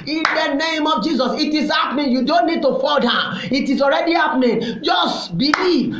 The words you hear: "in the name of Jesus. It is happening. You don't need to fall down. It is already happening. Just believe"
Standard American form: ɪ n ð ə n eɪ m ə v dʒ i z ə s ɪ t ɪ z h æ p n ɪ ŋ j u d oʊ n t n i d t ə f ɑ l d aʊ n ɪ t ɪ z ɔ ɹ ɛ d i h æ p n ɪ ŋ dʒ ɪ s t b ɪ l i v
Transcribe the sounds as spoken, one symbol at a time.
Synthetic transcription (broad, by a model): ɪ n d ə n eɪ m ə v dʒ i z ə s ɪ t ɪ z h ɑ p n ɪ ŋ j u d oʊ n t n i d t ə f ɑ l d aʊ ɪ t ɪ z ɔ ɹ ɛ d i h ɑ p n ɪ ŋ dʒ ɪ s t b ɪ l i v